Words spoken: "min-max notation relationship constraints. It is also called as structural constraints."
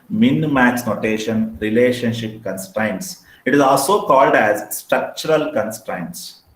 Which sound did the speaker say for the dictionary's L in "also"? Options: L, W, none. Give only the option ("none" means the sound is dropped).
L